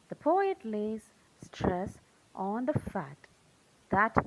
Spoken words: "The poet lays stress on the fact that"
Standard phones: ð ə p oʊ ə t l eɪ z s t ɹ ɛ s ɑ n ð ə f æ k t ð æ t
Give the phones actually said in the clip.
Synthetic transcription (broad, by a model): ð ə p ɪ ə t l eɪ z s t ɹ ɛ s ɑ n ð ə f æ t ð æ t